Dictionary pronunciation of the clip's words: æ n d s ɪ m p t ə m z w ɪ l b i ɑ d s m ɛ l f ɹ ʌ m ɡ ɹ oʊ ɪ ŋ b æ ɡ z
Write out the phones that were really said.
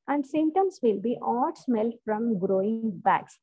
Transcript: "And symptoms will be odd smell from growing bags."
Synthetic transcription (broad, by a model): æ n d s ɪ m t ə m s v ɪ l b i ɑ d s m ɛ l f ɹ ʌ m ɡ ɹ oʊ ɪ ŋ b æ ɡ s